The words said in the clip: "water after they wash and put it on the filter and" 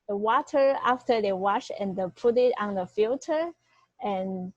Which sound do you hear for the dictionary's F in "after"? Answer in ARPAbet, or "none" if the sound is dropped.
F